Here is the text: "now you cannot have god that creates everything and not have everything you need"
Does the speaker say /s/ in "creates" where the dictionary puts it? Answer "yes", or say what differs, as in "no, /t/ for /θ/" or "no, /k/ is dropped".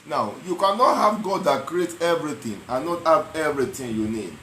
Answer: no, /s/ is dropped